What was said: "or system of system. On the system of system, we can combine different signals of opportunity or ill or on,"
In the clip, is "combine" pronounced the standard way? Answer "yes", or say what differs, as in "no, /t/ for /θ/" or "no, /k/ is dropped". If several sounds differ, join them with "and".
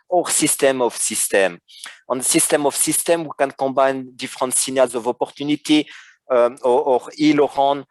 no, /m/ is dropped